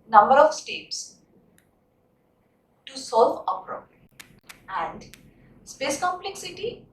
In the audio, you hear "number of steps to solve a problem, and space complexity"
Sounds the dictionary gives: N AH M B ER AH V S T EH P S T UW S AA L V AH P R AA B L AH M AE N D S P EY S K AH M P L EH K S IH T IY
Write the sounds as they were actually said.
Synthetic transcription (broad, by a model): N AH M B ER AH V S T EH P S T UW S AA L V AH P R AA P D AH AE N D S P EY S K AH M P L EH K S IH T IY